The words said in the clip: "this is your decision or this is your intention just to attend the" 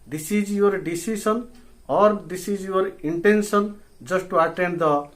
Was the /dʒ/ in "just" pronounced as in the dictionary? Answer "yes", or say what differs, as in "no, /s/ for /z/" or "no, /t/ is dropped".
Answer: no, /z/ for /dʒ/